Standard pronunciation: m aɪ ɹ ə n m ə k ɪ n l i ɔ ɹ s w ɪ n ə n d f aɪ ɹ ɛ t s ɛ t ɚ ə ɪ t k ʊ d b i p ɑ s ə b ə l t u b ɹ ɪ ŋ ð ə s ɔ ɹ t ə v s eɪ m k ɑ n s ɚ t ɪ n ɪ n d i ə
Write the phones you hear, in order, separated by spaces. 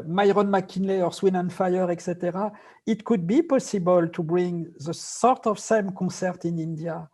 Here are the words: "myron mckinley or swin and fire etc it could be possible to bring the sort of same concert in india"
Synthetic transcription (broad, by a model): m aɪ ɹ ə n m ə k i n l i ɔ ɹ s w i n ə n f aɪ ɹ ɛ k s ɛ t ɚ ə ɪ t k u d b i p ɑ s ə b ə l t u b ɹ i ŋ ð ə s ɔ ɹ t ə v s eɪ m k ɑ s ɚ t ɪ n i n d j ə